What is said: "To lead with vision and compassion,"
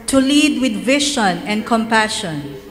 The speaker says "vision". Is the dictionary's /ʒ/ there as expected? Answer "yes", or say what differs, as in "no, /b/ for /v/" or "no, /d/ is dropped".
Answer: no, /ʃ/ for /ʒ/